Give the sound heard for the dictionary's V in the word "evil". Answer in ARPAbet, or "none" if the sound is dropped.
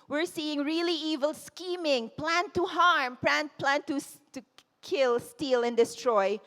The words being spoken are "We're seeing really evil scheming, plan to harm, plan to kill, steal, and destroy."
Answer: V